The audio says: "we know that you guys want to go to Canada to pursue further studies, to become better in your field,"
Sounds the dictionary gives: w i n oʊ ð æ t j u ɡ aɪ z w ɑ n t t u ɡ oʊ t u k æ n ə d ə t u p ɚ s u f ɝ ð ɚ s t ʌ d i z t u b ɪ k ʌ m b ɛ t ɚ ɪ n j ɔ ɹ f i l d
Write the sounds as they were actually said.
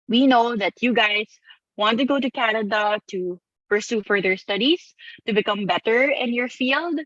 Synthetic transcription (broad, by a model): w i n oʊ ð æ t j u ɡ aɪ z w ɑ n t t u ɡ oʊ t u k æ n ə d ə t u p ɚ s u f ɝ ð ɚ s t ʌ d i s t u b ɪ k ʌ m b ɛ t ɚ ɪ n j ɔ ɹ f i l d